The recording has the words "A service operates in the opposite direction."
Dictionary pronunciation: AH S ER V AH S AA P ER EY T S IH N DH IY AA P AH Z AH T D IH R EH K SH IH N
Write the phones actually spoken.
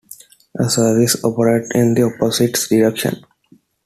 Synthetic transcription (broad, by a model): AH S ER V AH S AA P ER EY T IH N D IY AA P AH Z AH T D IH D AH K SH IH N